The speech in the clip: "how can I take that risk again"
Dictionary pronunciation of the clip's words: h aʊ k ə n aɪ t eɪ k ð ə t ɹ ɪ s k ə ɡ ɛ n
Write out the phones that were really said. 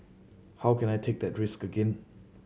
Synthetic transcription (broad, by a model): h aʊ k ə n aɪ t eɪ k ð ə t ɹ ɪ s k ə ɡ ɛ n